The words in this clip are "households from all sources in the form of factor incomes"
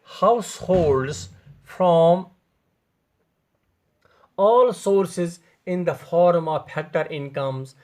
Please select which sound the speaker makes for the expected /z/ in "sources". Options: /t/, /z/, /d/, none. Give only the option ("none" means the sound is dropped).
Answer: /z/